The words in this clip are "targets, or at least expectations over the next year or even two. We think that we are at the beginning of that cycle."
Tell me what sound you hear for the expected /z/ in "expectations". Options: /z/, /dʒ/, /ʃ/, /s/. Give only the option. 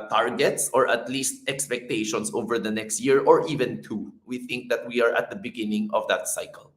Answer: /s/